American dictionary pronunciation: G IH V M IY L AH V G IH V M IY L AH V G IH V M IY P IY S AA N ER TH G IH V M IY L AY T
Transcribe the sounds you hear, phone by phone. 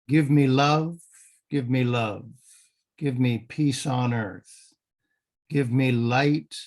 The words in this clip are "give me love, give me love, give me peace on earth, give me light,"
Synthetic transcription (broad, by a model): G IH V M IY L AH V G IH V M IY L AH V G IH V M IY P IY S N ER TH G IH V M IY L AY T